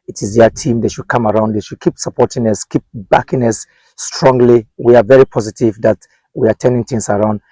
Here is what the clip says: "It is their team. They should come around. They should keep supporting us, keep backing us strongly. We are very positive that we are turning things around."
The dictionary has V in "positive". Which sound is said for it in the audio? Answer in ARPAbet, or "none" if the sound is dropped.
V